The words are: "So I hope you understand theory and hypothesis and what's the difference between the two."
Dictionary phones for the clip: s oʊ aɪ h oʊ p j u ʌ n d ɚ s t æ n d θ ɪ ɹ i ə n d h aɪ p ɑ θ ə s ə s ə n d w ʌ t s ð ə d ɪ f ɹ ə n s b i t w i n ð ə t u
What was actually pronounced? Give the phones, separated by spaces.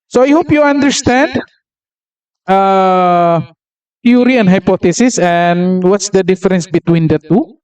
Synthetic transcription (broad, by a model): s oʊ aɪ h oʊ p j u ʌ n d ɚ s t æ n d t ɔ ɹ i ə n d h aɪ p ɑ t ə s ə s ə n w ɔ t s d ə d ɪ f ɹ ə n s b i t w i n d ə t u